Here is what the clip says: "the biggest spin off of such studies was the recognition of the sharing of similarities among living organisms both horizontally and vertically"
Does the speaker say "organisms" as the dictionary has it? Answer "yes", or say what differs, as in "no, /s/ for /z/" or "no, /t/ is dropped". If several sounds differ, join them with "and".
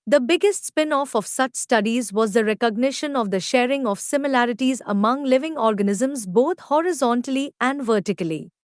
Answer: yes